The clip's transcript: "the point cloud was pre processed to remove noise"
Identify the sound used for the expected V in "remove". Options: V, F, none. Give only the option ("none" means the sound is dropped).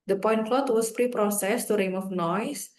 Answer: F